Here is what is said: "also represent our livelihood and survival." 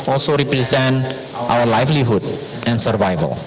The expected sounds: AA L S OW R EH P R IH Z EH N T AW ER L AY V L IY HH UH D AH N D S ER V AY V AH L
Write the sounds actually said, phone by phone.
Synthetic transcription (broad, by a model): AA L S OW R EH P R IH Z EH N T AW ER L AY F L IY HH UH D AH N S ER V AY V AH L